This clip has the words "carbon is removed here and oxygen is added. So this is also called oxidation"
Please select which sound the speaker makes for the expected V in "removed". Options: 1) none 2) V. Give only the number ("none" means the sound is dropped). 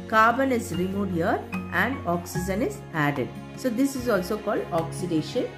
1